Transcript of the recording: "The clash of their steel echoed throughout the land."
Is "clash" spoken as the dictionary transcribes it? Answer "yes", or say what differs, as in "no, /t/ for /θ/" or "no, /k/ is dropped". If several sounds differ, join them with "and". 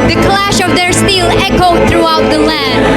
yes